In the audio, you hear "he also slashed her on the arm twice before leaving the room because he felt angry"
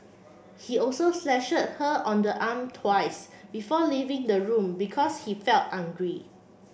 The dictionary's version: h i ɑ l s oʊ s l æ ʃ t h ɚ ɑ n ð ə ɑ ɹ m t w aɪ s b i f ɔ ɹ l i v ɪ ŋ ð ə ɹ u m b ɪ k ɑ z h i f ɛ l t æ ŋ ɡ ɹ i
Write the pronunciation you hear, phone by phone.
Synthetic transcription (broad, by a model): h i ɑ l s oʊ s l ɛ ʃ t h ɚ ɑ n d ə ɑ m t w aɪ s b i f ɔ l i v ɪ ŋ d ə ɹ u m b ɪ k ɑ s h i f ɛ l t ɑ ŋ ɡ ɹ i